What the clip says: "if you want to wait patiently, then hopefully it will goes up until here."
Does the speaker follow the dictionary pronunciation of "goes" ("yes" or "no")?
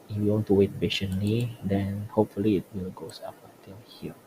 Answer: no